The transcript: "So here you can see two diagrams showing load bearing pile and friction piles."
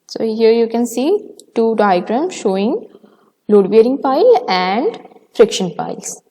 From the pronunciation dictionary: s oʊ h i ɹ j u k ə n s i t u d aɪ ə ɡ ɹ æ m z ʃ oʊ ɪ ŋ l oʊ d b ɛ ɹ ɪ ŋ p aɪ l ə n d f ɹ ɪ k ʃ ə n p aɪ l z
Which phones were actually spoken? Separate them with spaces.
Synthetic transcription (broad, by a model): s oʊ h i ɹ j u k ə n s i t u d aɪ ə ɡ ɹ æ m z ʃ oʊ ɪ ŋ l oʊ d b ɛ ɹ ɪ ŋ p aɪ l ə n d f ɹ ɪ k ʃ ə n p aɪ l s